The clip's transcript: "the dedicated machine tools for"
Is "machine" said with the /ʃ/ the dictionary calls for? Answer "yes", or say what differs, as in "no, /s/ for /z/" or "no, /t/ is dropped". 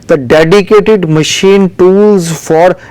yes